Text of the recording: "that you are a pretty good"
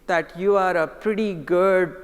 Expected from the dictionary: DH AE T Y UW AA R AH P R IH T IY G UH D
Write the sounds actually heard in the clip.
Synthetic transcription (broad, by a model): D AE T Y UW AA R AH P R IH T IY G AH D